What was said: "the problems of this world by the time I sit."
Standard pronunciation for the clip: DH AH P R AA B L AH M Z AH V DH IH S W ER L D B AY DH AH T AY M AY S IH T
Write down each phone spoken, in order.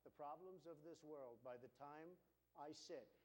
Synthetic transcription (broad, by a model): DH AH P R AA B L AH M Z AH V DH IH S W ER L D B AY DH AH T AY M AY S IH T